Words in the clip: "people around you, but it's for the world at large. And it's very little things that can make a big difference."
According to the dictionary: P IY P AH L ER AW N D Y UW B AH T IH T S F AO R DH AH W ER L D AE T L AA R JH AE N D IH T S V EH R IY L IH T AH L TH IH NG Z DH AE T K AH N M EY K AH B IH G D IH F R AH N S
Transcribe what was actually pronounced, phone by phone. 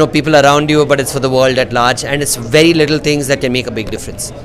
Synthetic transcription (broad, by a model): P IY P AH L ER AW N D Y UW B AH T IH T S F AO R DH AH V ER L D AE T L AA R JH AE N D IH T S V EH R IY L IH T AH L T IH NG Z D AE T K AH N M EY K AH B IH G D IH F R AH N S